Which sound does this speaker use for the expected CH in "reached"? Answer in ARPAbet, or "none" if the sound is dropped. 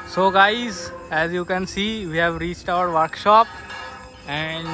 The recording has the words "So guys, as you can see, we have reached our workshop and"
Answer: CH